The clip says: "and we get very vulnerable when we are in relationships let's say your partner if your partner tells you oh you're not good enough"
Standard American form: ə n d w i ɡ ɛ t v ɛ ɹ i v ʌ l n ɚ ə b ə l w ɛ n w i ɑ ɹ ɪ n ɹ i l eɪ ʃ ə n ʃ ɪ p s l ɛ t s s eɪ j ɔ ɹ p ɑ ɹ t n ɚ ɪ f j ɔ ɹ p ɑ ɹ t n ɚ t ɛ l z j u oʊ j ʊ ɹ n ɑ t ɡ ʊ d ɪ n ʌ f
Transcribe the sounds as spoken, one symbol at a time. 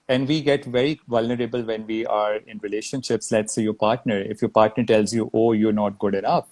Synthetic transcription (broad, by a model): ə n d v i ɡ ɛ t v ɛ ɹ i v ʌ l n ɚ ə b ə l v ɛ n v i ɑ ɹ ɪ n ɹ i l eɪ ʃ ə n ʃ ɪ p s l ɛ t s s eɪ j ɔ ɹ p ɑ ɹ t n ɚ ɪ f j ɔ ɹ p ɑ ɹ t n ɚ t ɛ l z j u oʊ j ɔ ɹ n ɑ t ɡ ʊ d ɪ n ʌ f